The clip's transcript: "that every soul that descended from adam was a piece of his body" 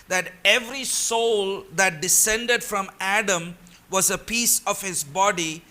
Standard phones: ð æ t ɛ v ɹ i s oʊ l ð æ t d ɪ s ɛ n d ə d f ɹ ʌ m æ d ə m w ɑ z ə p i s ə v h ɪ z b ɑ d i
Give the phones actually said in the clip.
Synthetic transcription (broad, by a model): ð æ t ɛ v ɹ i s oʊ l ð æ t d ɪ s ɛ n d ə d f ɹ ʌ m æ d ə m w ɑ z ə p i s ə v h ɪ z b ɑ d i